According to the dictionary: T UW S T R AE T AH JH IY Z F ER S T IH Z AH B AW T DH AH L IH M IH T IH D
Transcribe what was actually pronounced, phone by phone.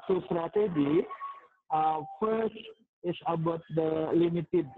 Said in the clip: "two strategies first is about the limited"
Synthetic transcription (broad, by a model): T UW S T R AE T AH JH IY F ER S T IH S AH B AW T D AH L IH M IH T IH D